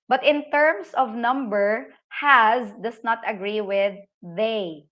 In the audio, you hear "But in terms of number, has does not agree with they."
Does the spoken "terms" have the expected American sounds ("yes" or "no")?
no